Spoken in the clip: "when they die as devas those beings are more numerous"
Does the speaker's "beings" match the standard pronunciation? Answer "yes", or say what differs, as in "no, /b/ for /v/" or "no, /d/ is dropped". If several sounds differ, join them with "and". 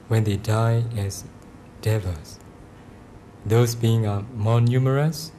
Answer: no, /z/ is dropped